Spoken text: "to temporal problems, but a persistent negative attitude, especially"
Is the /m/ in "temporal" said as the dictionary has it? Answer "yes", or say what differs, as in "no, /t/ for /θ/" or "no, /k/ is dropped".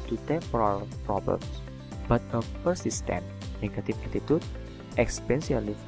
no, /m/ is dropped